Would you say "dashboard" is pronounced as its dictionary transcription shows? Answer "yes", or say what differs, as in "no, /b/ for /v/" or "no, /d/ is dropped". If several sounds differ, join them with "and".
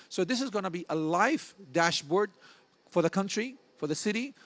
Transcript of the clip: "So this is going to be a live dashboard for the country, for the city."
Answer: yes